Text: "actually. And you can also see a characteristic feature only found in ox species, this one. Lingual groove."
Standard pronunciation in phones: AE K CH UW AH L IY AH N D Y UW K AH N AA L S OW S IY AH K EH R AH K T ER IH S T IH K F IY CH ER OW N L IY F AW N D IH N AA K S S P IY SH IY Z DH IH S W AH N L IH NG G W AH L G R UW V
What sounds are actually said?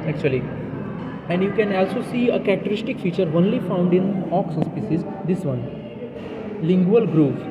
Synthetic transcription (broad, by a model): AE K CH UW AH L IY AH N D Y UW K AH N AA L S OW S IY AH K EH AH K T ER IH S T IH K F IY CH ER OW N L IY F AW N D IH N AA K S S P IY S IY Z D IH S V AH N L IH NG G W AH L G R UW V